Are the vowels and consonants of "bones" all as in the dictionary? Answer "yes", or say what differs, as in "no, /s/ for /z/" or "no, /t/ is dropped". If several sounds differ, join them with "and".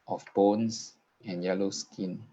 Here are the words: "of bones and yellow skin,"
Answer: no, /s/ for /z/